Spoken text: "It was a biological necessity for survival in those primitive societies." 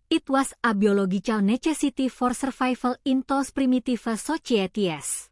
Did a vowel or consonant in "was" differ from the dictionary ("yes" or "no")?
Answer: yes